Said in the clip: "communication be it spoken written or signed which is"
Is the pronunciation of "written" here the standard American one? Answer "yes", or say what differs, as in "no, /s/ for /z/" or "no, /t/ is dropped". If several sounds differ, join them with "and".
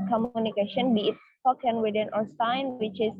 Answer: no, /w/ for /ɹ/